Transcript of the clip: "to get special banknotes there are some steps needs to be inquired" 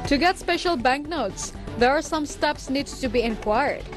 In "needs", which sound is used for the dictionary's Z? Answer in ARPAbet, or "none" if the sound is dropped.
none